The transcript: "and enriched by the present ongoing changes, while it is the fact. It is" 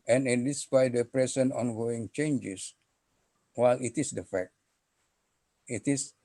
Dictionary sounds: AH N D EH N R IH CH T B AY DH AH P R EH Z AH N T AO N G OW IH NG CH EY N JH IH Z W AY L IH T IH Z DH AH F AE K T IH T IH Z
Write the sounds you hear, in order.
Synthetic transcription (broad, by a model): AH N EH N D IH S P AY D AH P R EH S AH N AO N G OW IH NG CH EY N JH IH S W AY L IH T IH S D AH F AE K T IH T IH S